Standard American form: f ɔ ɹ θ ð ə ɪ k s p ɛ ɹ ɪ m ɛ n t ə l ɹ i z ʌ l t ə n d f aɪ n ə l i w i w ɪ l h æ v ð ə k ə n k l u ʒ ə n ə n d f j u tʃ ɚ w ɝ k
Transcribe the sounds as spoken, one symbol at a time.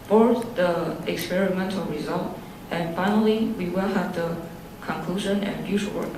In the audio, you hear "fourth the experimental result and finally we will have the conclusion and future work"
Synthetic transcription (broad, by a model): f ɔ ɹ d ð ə ɪ k s p ɛ ɹ ɪ m ɛ n t ə l ɹ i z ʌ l t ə n f aɪ n ə l i w i w ɪ l h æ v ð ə k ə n k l u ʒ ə n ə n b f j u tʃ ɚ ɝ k